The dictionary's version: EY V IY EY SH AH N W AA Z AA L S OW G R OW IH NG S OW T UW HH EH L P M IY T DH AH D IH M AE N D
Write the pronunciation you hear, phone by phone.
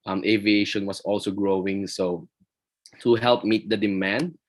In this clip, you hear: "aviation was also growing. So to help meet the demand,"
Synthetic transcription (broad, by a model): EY V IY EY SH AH N W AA S AA L S OW G R OW IH NG S OW T UW HH EH L P M IY T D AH D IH M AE N D